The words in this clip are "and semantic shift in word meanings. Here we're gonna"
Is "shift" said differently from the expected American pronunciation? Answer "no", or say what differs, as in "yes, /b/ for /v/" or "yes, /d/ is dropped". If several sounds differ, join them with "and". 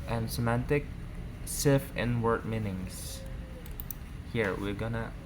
yes, /s/ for /ʃ/ and /t/ is dropped